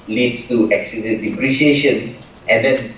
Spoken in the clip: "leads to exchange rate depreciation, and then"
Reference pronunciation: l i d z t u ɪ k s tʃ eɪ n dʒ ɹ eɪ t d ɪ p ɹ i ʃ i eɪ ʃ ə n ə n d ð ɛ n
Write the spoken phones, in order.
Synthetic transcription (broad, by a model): l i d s t u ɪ k s i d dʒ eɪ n d ɪ p ɹ i ʃ i eɪ ʃ ə n ə n d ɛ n